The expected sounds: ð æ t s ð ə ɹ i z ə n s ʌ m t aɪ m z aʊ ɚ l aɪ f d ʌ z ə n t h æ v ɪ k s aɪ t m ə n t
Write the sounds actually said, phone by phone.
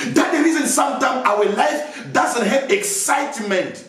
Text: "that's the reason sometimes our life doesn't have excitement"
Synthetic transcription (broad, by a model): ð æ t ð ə ɹ i z ə n s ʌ m t aɪ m aʊ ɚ l aɪ f d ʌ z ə n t h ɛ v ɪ k s aɪ t m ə n t